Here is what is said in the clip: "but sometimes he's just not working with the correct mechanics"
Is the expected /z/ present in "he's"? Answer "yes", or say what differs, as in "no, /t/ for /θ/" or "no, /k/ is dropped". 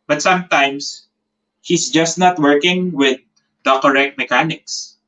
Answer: no, /s/ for /z/